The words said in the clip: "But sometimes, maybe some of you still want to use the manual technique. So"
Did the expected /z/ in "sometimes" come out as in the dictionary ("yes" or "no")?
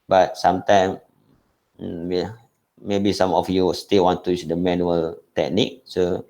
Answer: no